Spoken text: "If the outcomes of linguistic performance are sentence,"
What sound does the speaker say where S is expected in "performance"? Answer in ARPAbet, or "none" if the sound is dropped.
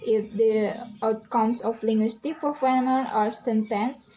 none